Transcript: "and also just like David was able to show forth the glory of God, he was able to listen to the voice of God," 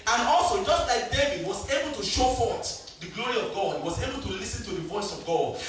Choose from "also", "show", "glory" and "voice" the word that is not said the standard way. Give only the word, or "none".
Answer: none